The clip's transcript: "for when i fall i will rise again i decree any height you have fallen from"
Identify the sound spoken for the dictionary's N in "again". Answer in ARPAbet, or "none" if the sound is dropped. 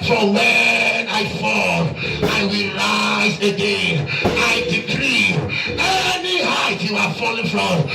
none